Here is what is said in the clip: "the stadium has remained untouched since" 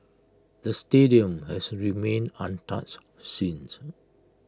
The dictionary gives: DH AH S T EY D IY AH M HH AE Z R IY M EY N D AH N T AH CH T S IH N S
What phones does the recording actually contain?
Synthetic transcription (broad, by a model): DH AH S T EY D IY AH M HH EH S R IY M EY N AH N T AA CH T S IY N S